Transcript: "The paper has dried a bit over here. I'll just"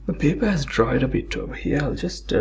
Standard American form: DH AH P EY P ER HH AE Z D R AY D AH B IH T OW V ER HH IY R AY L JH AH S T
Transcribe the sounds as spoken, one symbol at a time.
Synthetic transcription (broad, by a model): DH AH P EY P ER HH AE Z D R AY D AH B IH T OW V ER HH IY R AY L JH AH S T